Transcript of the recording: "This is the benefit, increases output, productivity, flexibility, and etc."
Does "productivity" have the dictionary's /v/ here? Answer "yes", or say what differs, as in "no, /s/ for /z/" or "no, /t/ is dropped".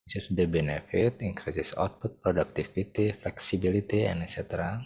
no, /f/ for /v/